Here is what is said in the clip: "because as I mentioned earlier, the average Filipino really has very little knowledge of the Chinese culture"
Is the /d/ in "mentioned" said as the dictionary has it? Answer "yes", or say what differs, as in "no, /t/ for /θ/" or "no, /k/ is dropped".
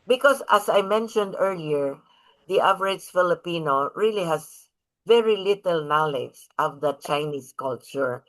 yes